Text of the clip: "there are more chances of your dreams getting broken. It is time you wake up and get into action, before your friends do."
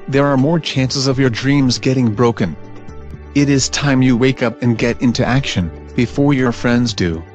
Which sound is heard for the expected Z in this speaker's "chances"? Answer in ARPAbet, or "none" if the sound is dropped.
Z